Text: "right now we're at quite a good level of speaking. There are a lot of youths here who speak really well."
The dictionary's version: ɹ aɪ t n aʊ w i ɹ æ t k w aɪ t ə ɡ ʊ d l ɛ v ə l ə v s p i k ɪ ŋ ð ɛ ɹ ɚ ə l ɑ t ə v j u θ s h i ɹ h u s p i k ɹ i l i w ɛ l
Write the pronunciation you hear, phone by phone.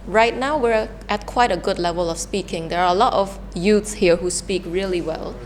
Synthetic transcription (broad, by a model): ɹ aɪ t n aʊ w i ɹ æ t k w aɪ t ə ɡ ʊ d l ɛ v ə l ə f s p i k ɪ ŋ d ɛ ɹ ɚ ə l ɑ t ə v j u t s h i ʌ h u s p i k ɹ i l i w ɛ l